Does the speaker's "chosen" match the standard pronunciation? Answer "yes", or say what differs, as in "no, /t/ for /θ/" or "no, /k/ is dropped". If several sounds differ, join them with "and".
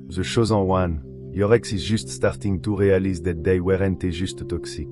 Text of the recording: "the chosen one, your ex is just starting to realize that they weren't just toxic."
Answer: no, /ʃ/ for /tʃ/